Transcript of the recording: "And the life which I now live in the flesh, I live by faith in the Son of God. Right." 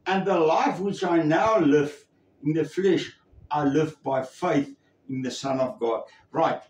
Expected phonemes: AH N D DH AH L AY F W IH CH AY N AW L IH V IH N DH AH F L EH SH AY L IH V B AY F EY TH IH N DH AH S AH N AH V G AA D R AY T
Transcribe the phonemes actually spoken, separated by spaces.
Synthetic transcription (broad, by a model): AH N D DH AH L AY F W IH CH AY N AW L IH V IH N DH AH F L EH SH AY L IH V B AY F EY TH IH N DH AH S AH N AH V G AA D R AY T